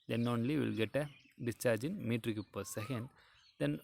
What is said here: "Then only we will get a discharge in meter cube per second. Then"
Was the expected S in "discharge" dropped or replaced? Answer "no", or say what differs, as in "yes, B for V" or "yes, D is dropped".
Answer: no